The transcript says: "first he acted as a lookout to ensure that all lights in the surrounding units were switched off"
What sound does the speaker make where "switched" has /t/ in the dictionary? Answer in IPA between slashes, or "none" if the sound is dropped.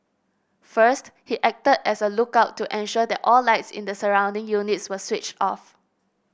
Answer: /t/